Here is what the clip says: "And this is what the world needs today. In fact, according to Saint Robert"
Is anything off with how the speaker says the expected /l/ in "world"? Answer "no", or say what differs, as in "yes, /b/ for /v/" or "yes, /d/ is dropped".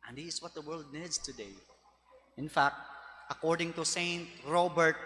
no